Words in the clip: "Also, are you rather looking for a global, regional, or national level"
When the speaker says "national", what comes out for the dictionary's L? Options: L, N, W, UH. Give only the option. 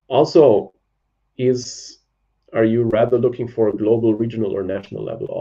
L